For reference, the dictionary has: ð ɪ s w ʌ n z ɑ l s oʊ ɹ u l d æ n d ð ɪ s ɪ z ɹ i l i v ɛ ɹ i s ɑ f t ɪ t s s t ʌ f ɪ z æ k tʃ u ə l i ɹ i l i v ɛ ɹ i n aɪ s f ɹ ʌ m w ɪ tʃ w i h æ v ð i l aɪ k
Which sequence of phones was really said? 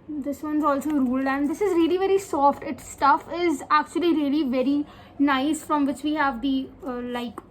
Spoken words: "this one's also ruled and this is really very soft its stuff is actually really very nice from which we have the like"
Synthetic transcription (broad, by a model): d ɪ s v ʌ n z ɑ l s oʊ ɹ u l d æ n d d ɪ s ɪ z ɹ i l i v ɛ ɹ i s ɑ f t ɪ t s s t ʌ f ɪ z æ k tʃ u ə l i ɹ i l i v ɛ ɹ i n aɪ s f ɹ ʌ m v ɪ tʃ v i h æ v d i l aɪ k